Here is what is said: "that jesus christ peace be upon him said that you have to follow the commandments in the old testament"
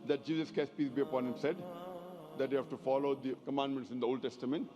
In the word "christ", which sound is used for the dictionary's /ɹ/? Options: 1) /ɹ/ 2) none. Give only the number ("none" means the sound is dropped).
2